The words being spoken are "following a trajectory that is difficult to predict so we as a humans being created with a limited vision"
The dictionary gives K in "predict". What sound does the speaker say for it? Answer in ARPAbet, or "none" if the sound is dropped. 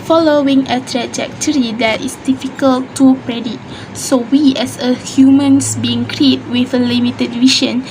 none